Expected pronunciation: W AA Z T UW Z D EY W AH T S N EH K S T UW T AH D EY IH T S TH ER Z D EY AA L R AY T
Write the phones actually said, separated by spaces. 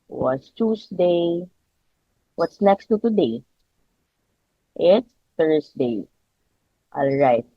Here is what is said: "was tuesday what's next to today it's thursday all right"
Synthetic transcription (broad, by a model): W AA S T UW S D EY W AH T S N EH K S T UW T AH D EY IH T S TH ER S D EY AA L R AY T